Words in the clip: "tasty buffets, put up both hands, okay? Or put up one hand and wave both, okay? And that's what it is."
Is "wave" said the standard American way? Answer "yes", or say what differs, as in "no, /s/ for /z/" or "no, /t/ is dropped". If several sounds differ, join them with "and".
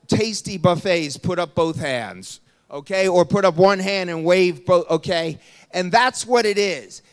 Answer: yes